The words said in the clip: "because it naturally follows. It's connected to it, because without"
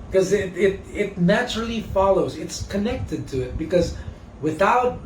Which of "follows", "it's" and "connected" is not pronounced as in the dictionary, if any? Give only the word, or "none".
none